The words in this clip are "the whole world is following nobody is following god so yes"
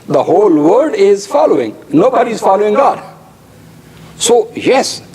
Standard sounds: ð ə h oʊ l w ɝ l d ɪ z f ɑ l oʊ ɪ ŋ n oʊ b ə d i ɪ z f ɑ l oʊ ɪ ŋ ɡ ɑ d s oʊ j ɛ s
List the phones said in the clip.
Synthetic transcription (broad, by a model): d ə h oʊ l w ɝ d ɪ z f ɑ l oʊ ɪ ŋ n oʊ b ə d i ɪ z f ɑ l oʊ ɪ ŋ ɡ ɑ d s oʊ j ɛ s